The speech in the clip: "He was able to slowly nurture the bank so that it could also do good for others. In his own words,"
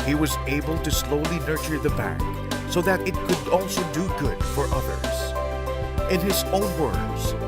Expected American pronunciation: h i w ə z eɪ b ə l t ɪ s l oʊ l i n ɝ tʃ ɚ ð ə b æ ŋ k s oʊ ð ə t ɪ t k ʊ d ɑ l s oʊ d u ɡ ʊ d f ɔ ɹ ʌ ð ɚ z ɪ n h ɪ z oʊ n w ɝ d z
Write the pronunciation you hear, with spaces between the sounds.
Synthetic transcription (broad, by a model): h i w ə z eɪ b ə l t ɪ s l oʊ l i n ɝ tʃ ɚ ð ə b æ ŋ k s oʊ ð ə t ɪ t k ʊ d ɑ l s oʊ d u ɡ ʊ d f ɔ ɹ ʌ ð ɚ z ɪ n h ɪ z oʊ n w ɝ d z